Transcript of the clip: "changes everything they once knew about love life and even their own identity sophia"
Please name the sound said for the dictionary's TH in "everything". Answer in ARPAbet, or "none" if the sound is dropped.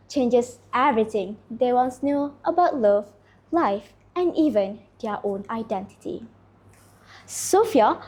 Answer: T